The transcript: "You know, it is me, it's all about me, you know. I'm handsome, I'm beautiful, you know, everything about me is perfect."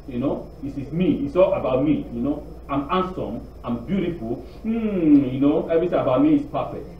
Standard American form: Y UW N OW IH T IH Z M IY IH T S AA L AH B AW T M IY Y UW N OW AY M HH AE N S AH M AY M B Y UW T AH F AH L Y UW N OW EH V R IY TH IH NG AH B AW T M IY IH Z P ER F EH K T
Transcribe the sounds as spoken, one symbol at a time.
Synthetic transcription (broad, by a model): Y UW N OW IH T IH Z M IY IH T S AA L AH B AW T M IY Y UW N OW AY M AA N S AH M AY M B Y UW T AH F AH L Y UW N OW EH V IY S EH AH B AW T M IY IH S P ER F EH K T